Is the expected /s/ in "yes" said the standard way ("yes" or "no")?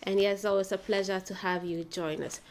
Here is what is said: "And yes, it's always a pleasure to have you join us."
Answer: no